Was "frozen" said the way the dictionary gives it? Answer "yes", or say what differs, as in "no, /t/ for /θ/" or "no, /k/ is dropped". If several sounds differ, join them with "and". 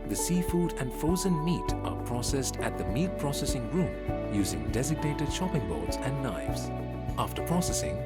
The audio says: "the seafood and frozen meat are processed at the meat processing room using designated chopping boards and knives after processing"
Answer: no, /ɹ/ is dropped